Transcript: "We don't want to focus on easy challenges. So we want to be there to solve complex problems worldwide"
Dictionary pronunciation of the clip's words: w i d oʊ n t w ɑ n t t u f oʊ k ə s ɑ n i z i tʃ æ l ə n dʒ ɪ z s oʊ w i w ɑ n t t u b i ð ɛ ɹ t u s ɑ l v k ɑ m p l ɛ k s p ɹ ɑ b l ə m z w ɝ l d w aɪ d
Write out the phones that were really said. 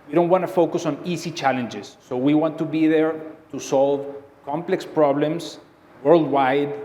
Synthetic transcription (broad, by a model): w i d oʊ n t w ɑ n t t u f oʊ k ə s ɑ n i s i tʃ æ l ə n dʒ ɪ s oʊ w i w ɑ n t t u b i ð ɛ ɹ t u s ɑ l v k ɑ m p l ɛ k s p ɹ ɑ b l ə m s w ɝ l d w aɪ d